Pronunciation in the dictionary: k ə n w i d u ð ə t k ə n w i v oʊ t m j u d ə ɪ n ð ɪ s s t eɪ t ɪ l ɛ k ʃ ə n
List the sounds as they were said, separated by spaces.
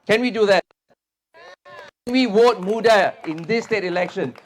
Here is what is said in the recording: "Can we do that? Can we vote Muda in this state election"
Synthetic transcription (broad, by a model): k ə n w i d u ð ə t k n w i w oʊ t m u d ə ɪ n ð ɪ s s t eɪ t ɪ l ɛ k ʃ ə n